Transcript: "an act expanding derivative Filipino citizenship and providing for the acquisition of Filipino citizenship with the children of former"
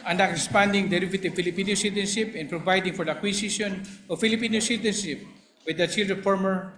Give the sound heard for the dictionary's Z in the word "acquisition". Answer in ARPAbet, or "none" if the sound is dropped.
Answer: S